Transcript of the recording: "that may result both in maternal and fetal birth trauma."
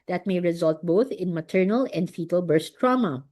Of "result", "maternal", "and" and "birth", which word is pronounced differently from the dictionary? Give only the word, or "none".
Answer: birth